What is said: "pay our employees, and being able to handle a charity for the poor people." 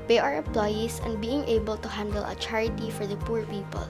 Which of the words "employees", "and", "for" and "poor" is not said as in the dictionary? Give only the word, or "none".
employees